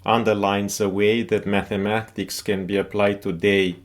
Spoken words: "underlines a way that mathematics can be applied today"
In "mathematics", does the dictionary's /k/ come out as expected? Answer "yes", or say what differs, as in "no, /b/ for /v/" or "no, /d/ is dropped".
yes